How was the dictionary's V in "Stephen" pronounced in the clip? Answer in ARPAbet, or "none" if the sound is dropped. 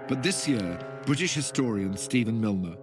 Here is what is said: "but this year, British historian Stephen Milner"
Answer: V